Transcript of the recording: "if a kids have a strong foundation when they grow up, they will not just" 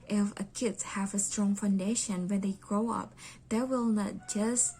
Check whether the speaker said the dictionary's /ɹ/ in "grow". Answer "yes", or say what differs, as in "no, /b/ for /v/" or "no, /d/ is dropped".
yes